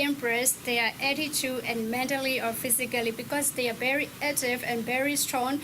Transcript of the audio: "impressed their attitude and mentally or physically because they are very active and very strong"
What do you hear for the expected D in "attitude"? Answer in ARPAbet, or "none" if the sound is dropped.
none